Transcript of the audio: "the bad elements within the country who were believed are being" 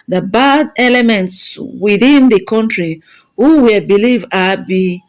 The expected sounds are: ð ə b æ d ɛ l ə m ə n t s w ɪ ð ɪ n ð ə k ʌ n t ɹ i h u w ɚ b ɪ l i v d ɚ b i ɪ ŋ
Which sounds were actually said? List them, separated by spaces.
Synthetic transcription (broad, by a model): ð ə b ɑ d ɛ l ə m ə n t s w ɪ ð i n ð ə k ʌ n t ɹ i h u w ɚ b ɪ l i v ɑ b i